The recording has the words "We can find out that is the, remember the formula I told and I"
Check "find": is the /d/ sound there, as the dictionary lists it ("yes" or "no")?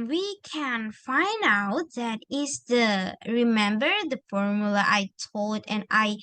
yes